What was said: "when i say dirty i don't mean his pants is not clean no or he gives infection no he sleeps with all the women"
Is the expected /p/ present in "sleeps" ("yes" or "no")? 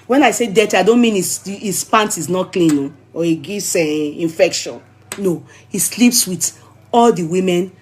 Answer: yes